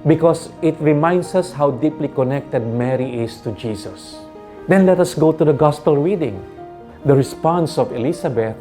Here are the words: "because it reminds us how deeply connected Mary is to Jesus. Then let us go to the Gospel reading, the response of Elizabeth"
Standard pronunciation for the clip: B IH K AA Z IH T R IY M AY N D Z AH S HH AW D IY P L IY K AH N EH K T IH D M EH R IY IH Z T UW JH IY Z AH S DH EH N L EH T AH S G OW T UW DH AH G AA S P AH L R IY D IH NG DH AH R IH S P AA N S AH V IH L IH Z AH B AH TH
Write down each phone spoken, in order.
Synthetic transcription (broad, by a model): B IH K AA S IH T R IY M AY N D S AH S HH AW D IY P L IY K AH N EH K T IH D M EH R IY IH S T UW JH IY S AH S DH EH N L EH T AH S G OW T UW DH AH G AA S P AH L R IY D IH NG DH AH R IH S P AA N S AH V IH L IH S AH B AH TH